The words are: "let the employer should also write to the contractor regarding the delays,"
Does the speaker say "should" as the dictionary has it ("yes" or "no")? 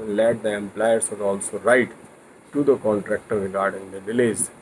no